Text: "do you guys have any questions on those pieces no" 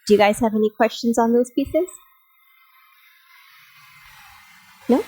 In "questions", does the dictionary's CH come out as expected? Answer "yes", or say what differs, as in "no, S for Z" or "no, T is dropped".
yes